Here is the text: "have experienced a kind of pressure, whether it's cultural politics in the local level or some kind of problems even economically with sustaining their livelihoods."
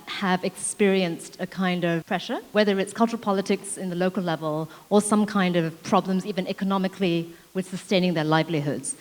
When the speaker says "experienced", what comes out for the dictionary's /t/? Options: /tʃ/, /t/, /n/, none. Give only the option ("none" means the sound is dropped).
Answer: /t/